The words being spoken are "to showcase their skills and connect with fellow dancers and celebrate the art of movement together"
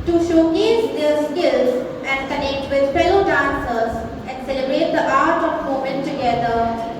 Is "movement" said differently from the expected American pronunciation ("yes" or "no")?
yes